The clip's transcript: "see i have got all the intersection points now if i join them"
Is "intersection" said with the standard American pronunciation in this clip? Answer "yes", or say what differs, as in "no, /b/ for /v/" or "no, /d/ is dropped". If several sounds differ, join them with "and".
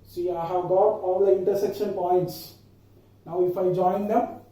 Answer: yes